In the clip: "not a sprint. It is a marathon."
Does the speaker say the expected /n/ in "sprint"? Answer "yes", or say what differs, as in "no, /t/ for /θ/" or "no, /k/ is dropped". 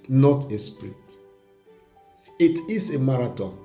no, /n/ is dropped